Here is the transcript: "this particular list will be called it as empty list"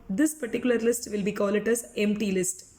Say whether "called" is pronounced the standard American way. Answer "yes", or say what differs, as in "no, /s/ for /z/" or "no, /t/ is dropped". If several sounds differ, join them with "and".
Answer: no, /d/ is dropped